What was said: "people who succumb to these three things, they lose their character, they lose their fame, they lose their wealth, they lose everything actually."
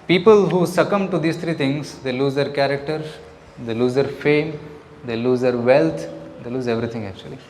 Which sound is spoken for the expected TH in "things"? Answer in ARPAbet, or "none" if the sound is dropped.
T